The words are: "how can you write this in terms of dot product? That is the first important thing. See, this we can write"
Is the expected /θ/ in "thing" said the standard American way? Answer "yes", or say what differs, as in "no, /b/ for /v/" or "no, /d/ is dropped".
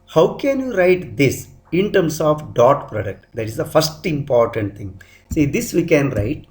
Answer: no, /t/ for /θ/